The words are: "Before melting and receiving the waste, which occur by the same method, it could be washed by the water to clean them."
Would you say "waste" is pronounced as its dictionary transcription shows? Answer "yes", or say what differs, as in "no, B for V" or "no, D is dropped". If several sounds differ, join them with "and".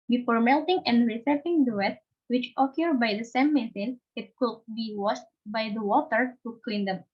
no, S is dropped